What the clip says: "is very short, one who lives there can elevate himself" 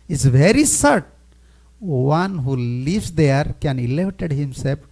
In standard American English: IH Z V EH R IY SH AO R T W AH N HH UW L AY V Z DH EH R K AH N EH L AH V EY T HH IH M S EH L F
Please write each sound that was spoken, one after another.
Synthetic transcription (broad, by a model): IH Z V EH R IY S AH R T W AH N HH UW L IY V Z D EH R K AH N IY L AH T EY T HH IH M S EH L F